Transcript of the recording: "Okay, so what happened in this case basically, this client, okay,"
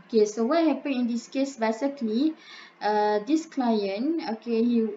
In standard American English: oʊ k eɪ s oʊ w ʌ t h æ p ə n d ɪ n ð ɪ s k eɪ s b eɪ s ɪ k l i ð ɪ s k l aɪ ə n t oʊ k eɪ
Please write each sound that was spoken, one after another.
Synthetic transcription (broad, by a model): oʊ k eɪ s oʊ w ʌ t h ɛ p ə n ɪ n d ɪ s k eɪ s b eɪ s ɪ k l i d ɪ s k l aɪ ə n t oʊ k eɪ